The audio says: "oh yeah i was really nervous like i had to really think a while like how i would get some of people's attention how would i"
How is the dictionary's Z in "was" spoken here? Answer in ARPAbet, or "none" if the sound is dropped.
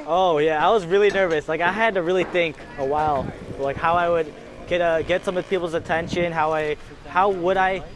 Z